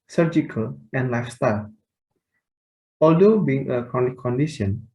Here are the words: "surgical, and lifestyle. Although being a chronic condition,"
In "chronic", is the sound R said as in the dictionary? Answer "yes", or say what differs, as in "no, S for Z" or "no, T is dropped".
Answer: no, R is dropped